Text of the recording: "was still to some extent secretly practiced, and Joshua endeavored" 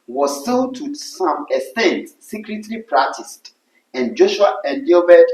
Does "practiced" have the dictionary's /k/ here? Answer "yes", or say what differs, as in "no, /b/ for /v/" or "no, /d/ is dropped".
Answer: no, /k/ is dropped